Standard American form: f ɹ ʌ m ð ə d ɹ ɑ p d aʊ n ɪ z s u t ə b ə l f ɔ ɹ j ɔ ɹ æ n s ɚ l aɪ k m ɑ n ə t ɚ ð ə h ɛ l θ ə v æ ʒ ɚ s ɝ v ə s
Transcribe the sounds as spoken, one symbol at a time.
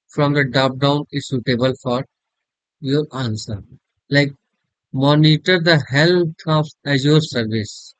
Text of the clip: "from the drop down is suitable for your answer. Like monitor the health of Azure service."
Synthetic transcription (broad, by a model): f ɹ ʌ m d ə d ɑ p d aʊ n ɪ s u t ə b ə l f ɔ ɹ j ɔ ɹ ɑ n s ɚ l aɪ k m ɑ n ə t ɚ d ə h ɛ l t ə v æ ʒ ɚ s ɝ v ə s